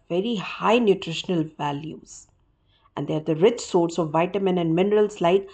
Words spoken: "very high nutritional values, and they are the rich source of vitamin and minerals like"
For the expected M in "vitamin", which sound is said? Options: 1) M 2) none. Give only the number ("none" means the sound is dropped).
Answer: 1